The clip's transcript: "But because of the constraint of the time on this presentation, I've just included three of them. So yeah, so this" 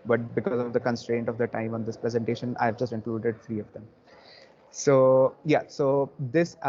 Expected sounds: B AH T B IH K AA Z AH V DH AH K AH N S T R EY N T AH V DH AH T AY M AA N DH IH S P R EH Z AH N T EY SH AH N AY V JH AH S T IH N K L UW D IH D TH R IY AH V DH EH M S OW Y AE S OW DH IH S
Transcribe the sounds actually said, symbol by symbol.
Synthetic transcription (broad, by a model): B AH T B IH K AA Z AH V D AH K AH N S T R EY N T AH V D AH T AY M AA N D IH S P R EH Z AH N T EY SH AH N AY V JH AH S T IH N K L UW D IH D T R IY AH V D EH M S OW Y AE S OW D IH S